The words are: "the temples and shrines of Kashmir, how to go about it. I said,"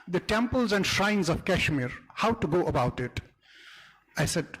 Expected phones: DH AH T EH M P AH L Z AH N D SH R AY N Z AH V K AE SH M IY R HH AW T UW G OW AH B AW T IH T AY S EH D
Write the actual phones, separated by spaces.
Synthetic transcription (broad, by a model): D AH T EH M P AH L Z AH N D SH R AY N Z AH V K AE SH M IY R HH AW T UW G OW AH B AW T IH T AY S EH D